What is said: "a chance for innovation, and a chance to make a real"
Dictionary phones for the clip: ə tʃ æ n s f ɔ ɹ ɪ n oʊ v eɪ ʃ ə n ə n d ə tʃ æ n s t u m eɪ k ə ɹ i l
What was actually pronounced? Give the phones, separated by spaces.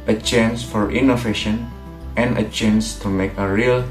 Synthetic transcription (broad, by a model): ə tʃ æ n s f ɔ ɹ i n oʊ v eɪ ʃ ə n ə n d ə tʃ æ n s t u m eɪ k ə ɹ i l